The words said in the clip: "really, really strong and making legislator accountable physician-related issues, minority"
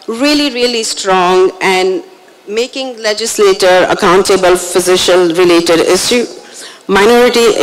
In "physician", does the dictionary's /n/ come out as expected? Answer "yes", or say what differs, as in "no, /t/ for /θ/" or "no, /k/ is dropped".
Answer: no, /l/ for /n/